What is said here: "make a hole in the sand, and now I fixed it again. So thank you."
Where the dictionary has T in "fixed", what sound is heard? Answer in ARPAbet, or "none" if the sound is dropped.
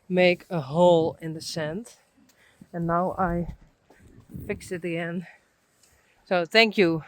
none